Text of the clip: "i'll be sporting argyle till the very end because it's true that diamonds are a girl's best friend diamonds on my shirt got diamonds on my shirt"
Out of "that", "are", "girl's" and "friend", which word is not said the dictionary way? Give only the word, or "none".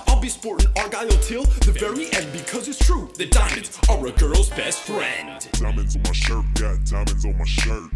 none